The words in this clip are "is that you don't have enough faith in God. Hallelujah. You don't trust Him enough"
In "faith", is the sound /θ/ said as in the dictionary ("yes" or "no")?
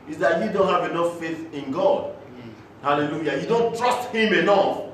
yes